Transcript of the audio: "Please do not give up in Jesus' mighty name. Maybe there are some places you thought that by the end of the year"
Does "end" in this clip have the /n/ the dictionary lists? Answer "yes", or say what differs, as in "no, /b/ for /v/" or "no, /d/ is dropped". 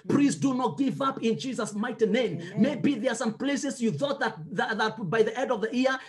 no, /n/ is dropped